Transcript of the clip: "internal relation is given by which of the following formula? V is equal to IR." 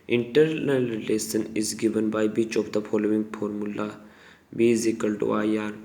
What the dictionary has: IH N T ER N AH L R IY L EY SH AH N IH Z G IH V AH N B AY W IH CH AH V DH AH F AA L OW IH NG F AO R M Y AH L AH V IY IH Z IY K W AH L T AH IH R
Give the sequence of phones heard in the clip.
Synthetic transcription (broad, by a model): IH N T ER N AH L R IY L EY S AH N IH Z G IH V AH N B AY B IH CH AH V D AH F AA L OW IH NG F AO R M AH L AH B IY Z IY K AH L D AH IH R